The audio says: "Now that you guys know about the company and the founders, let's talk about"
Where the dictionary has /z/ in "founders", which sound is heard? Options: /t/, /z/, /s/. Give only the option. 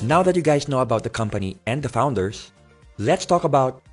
/s/